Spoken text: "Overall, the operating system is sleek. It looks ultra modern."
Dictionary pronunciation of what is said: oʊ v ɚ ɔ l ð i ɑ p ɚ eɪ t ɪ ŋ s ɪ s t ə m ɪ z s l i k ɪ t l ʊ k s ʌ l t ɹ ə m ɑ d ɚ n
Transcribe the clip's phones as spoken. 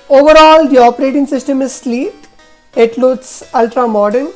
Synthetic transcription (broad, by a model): oʊ v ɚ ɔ l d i ɑ p ɚ eɪ t ɪ ŋ s ɪ s t ə m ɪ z s l i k ɪ t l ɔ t s ʌ l t ɹ ə m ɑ d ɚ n